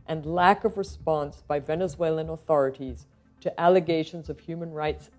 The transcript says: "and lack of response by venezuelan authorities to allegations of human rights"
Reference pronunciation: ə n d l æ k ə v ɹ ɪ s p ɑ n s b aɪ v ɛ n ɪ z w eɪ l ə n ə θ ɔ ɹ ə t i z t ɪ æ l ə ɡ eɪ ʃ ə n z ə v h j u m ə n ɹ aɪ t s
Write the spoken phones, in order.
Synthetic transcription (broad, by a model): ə n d l æ k ə v ɹ ɪ s p ɑ n s b aɪ v ɛ n ɪ z w eɪ l ə n ə θ ɔ ɹ ə t i z t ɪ æ l ə ɡ eɪ ʃ ə n z ə v h j u m ə n ɹ aɪ t s